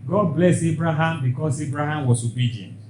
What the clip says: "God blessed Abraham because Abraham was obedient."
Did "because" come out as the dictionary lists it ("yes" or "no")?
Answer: no